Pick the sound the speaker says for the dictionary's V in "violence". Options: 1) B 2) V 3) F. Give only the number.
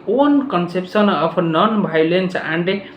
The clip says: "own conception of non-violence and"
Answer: 1